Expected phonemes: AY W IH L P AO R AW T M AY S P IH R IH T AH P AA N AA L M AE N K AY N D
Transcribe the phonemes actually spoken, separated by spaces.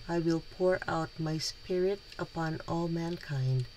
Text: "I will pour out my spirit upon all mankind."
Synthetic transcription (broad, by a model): AY W IH L P AO R AW T M AY S P IH R IH T AH P AA N AA L M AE N K AY N D